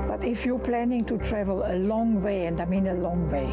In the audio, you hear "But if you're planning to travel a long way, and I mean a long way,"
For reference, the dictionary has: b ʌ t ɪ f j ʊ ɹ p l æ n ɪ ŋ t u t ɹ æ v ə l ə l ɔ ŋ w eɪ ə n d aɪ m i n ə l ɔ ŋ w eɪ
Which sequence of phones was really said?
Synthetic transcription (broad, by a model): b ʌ t ɪ f j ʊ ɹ p l æ n ɪ ŋ t u t ɹ æ v ə l ə l ɔ ŋ w eɪ ə n d aɪ m i n ə l ɔ ŋ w eɪ